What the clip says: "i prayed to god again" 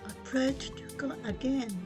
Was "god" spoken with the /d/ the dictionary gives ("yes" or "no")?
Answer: no